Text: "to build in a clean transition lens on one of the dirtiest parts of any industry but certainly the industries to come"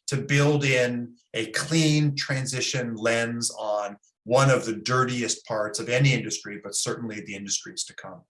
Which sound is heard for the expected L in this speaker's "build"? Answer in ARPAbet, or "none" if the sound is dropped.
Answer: L